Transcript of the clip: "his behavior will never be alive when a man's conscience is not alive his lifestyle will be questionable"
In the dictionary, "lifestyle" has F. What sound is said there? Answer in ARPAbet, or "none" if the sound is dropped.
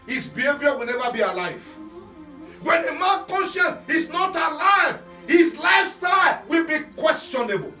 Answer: F